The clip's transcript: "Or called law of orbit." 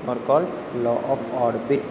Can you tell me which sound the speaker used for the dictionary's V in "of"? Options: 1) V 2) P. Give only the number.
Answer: 2